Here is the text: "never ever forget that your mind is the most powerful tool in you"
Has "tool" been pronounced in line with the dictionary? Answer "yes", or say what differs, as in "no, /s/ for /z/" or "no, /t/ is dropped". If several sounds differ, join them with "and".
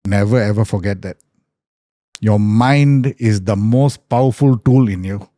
yes